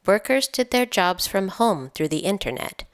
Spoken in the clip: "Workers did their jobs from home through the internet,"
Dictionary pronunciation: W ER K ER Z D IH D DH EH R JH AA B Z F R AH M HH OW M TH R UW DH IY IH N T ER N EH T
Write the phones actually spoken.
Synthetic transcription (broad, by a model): W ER K ER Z D IH D DH EH R JH AA B Z F R AH M HH OW M TH R UW DH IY IH N T ER N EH T